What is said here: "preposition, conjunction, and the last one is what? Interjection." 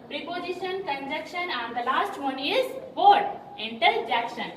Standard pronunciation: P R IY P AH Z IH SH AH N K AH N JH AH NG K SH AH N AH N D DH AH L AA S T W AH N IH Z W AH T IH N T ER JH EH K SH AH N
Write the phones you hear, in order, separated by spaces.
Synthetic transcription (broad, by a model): P R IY P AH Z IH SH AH N K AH N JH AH K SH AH N AH N D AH L AA S T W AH N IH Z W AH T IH N T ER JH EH K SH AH N